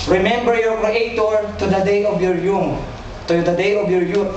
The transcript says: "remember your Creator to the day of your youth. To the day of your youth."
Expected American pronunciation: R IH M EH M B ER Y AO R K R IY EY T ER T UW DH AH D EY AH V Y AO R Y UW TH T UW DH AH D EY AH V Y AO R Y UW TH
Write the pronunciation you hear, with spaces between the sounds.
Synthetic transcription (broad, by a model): R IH M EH M B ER Y AO R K IY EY T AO T UW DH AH D EY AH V Y AO R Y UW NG T UW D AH D EY AH V Y AO R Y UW